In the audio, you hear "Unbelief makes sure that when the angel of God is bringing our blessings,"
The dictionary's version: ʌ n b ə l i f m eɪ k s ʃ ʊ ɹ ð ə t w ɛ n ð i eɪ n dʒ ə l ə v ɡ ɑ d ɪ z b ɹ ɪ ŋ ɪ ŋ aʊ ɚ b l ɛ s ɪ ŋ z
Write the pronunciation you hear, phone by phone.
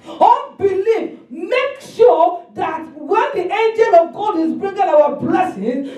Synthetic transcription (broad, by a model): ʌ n b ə l i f m eɪ k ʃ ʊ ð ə t w ɛ n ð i eɪ n dʒ ə l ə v ɡ ɑ d ɪ z b ɹ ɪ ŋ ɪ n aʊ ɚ b l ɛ s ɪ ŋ